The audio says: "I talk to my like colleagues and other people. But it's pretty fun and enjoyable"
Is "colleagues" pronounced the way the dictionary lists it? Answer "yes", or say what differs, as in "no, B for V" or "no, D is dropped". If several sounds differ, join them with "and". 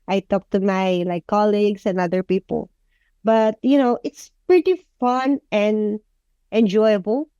no, S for Z